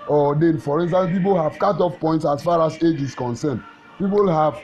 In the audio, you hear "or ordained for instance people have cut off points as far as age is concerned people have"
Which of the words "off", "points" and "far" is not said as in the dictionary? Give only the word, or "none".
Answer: none